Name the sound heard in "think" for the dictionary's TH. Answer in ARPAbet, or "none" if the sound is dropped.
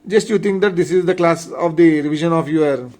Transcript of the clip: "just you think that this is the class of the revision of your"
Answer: T